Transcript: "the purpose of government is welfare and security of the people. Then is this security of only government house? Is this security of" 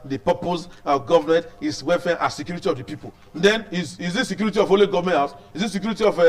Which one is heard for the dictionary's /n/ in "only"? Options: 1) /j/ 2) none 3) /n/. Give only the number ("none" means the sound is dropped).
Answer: 2